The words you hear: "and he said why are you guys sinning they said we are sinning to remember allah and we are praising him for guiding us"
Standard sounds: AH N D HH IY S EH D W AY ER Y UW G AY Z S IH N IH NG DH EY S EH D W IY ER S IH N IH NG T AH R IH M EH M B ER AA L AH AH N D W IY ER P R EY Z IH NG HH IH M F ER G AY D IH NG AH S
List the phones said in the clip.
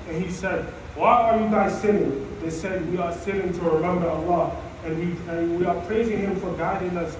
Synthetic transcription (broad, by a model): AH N HH IY S EH D W AY ER Y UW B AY S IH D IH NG DH EY S EH D W IY ER S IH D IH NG T AH R IH M EH M B ER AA L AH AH N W W IY ER P R EY Z IH NG HH IH M F ER G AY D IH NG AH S